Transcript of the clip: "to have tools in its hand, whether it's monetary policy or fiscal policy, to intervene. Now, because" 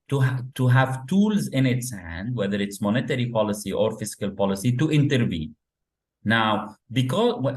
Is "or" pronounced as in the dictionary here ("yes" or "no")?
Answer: yes